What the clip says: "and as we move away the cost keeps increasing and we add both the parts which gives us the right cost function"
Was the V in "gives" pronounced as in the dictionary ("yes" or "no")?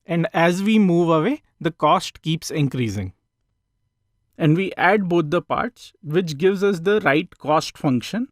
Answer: yes